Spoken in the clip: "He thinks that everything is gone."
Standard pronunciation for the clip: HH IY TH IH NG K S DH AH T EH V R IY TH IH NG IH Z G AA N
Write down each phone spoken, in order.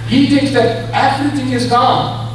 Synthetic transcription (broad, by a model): HH IY TH IH NG K S DH AH T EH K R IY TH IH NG IH Z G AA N